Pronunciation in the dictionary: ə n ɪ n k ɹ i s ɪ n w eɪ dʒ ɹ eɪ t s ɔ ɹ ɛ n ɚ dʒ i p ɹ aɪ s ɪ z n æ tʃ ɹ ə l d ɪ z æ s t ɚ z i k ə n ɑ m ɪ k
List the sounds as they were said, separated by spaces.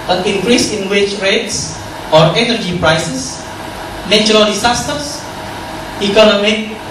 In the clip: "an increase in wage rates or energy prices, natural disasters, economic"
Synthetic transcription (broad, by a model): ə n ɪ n k ɹ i s ɪ n w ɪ tʃ ɹ eɪ t s ɔ ɹ ɛ n ɚ dʒ i p ɹ aɪ s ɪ s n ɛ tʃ ɹ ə l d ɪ s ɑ s t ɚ s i k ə n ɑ m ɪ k